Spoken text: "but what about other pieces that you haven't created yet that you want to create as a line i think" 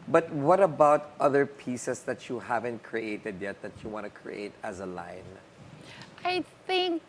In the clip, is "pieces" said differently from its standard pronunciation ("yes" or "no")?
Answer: yes